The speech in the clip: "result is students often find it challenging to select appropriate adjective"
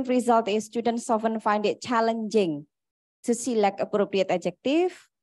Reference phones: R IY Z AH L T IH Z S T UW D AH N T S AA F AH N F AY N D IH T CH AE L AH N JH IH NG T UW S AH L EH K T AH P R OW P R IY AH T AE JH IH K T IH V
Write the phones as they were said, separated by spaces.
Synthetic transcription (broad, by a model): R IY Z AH L T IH S T UW D AH N T S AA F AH N F AY N D IH T CH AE L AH N JH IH NG T UW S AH L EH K AH P R OW P R IY AH T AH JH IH K T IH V